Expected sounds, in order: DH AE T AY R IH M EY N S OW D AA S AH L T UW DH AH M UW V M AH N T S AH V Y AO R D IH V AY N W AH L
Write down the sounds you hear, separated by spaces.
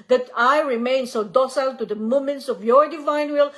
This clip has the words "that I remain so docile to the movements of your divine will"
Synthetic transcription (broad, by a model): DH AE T AY R IH M EY N S OW D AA S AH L T UW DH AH M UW M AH N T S AH V Y AO R D IH V AY N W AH L